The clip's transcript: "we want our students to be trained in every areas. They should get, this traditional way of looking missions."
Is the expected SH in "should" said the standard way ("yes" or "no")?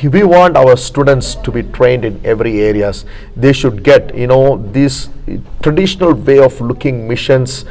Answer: yes